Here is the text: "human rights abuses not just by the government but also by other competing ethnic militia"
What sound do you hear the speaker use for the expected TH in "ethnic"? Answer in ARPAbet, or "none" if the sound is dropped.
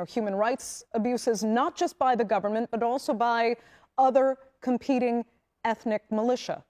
TH